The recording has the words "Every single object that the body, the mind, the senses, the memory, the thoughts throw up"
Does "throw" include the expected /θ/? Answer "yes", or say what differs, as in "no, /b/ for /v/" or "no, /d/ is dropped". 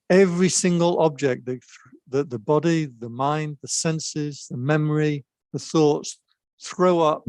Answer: yes